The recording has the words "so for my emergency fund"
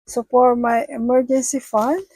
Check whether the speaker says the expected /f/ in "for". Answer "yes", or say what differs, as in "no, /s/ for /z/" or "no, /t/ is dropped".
no, /p/ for /f/